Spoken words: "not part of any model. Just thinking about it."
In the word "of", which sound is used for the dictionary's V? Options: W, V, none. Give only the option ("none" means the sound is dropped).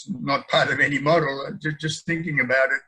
V